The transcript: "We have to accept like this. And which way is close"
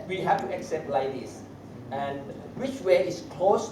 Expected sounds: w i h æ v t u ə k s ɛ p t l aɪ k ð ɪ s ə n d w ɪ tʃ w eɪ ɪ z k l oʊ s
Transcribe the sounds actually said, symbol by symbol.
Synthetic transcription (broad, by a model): w i h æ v t u ə k s ɛ p t l aɪ k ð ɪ s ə n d w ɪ tʃ w eɪ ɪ s k l oʊ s